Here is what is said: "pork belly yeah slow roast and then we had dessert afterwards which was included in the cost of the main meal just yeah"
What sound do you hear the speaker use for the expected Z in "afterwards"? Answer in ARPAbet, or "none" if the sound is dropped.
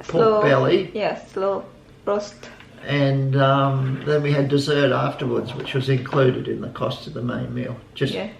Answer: Z